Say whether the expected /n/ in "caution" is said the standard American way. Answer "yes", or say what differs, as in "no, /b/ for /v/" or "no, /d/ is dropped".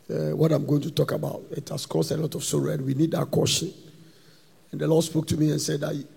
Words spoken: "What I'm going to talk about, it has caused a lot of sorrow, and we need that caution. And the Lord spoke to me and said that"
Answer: yes